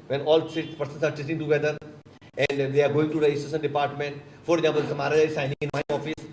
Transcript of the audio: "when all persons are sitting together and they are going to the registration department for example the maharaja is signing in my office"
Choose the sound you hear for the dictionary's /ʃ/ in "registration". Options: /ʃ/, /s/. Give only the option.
/s/